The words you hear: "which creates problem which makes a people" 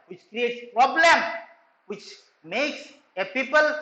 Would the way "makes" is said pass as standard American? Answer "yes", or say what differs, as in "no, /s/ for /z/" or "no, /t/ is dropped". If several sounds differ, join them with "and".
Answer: yes